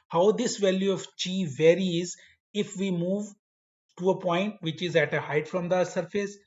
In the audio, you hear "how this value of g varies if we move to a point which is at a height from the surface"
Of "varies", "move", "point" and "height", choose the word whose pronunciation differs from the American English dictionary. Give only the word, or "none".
none